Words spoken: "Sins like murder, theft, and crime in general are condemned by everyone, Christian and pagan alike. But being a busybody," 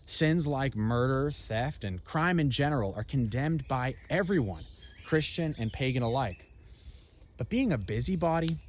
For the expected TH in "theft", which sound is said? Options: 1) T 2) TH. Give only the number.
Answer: 2